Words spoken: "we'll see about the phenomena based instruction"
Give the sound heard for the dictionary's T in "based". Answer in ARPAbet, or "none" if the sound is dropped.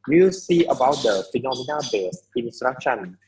none